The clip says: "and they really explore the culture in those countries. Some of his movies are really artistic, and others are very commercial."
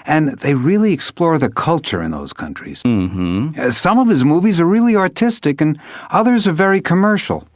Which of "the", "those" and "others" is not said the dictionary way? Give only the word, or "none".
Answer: none